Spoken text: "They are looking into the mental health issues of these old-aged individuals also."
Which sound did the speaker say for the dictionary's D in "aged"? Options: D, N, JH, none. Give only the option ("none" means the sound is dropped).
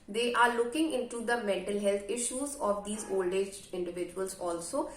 none